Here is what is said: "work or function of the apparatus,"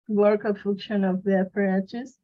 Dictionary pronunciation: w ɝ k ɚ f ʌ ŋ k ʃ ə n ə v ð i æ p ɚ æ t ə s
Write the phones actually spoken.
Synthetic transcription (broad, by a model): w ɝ k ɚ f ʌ k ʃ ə n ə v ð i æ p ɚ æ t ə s